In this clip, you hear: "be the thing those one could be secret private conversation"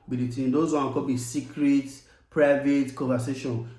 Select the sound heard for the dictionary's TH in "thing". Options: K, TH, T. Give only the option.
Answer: T